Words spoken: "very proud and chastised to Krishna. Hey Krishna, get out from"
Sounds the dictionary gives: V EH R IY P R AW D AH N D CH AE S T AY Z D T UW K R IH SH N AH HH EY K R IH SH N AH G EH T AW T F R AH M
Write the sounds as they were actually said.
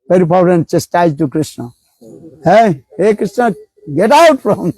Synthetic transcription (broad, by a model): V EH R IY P AW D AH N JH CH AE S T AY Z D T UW K R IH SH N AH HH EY K R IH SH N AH G EH T AW T F R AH M